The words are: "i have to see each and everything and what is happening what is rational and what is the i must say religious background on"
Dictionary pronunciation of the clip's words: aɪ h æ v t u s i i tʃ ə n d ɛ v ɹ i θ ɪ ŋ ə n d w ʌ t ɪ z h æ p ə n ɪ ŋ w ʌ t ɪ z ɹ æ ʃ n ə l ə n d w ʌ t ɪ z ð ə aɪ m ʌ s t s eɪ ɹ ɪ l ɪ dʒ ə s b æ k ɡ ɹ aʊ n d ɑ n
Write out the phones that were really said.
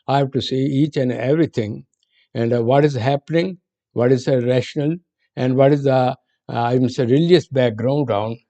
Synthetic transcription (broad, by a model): aɪ h æ v t u s i i tʃ ə n d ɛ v ɹ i t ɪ ŋ ə n d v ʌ t ɪ z h æ p ə n ɪ ŋ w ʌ t ɪ z ɹ æ ʃ n ə l ə n d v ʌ t ɪ z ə aɪ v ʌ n s eɪ ɹ ɪ l ɪ dʒ ə s b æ k ɡ ɹ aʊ n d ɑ n